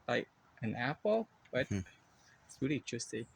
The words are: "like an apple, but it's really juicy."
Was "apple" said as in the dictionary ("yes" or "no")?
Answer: yes